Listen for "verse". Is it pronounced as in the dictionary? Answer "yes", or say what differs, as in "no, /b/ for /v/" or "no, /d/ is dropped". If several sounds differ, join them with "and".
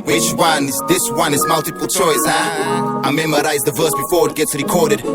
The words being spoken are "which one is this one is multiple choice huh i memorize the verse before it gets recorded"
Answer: yes